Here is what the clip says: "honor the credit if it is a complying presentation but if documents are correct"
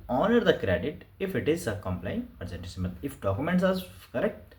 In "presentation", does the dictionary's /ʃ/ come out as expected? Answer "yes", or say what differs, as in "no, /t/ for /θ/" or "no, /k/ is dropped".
no, /s/ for /ʃ/